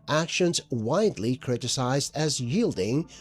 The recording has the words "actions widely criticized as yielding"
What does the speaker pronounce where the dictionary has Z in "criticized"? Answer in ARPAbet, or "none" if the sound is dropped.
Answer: Z